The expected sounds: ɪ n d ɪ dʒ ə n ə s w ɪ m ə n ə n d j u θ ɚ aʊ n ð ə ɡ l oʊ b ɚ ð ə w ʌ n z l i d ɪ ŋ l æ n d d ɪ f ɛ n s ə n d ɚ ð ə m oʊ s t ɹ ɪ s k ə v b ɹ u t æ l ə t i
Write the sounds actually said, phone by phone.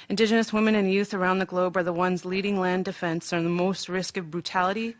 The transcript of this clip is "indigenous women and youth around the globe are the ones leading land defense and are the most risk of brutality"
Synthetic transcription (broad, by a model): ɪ n d ɪ dʒ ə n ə s w ɪ m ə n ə n j u θ ɚ aʊ n ð ə ɡ l oʊ b ɚ ð ə w ʌ n z l i d ɪ ŋ l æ n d d ɪ f ɛ n s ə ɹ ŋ ð ə m oʊ s t ɹ ɪ s k ə v b ɹ u t æ l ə t i